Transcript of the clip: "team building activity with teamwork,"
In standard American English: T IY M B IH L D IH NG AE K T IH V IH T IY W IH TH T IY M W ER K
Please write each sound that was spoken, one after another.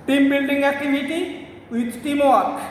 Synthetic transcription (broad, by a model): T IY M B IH N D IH NG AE K T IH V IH T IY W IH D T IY M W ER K